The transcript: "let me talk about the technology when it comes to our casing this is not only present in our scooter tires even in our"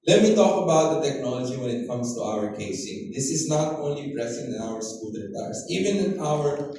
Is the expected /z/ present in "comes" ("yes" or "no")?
no